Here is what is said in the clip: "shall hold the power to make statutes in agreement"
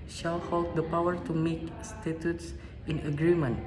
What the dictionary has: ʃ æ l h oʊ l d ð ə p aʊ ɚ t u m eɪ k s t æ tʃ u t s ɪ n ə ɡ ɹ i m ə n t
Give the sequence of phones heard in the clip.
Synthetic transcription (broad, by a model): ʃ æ l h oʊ l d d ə p aʊ ɚ t u m eɪ k s t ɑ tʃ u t s ɪ n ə ɡ ɹ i m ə n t